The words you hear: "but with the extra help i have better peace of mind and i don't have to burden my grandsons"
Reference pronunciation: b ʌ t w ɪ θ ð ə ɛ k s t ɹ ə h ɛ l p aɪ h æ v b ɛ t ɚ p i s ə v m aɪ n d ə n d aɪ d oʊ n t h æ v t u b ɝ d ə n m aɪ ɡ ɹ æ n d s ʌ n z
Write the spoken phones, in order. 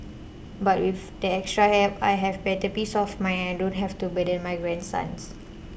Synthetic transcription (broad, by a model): b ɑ t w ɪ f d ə ɛ k s t ɹ ə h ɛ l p aɪ h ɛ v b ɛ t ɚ p i s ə f m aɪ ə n aɪ d oʊ n t h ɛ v t u b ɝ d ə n m aɪ ɡ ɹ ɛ n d s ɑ n s